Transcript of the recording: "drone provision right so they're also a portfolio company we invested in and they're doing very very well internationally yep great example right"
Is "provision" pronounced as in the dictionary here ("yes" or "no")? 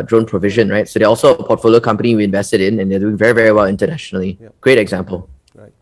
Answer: yes